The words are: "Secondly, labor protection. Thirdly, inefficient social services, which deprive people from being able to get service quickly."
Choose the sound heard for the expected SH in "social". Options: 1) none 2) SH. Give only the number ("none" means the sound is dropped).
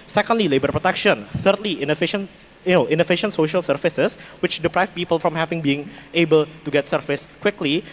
2